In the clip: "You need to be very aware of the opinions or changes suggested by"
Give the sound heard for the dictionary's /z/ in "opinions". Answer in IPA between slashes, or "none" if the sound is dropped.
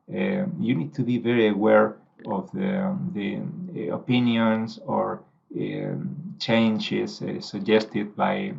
/s/